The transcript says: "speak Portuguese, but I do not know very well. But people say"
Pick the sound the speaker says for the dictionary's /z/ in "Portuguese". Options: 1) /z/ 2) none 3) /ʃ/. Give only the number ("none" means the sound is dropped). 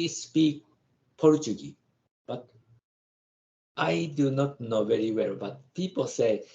2